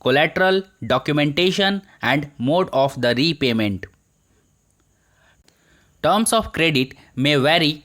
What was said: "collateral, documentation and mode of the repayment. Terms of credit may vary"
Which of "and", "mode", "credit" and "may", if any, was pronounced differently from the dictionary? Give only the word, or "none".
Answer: none